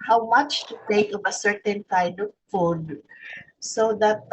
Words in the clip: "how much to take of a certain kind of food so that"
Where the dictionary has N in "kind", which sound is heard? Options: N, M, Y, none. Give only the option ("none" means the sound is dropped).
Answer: none